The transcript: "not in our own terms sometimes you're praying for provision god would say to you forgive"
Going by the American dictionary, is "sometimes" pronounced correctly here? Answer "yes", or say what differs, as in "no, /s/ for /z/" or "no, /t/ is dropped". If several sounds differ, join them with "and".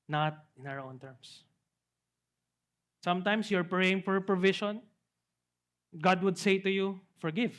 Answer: no, /s/ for /z/